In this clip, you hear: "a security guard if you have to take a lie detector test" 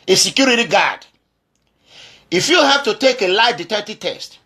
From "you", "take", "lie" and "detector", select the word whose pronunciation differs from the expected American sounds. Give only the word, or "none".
detector